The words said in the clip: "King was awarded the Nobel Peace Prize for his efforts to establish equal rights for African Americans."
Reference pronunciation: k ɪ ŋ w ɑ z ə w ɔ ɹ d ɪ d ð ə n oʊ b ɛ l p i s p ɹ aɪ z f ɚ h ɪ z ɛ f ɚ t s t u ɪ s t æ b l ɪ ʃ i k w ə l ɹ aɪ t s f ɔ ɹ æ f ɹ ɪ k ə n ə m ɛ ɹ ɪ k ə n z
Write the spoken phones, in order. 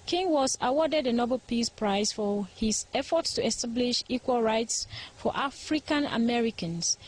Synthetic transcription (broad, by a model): k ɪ ŋ w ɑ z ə w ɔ d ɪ d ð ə n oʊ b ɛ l p i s p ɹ aɪ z f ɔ h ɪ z ɛ f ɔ t s t u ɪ s t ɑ b l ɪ ʃ i k w ə l ɹ aɪ t s f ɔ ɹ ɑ f ɹ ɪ k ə n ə m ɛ ɹ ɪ k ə n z